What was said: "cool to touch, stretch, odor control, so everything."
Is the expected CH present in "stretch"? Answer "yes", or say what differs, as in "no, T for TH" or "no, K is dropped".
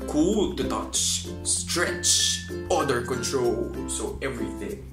yes